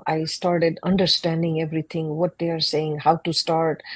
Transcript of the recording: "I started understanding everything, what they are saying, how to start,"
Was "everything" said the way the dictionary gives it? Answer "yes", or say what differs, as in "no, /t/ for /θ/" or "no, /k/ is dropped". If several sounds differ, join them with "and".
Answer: no, /t/ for /θ/